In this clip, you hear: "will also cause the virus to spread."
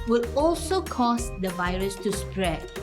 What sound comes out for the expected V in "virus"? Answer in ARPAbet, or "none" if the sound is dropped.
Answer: V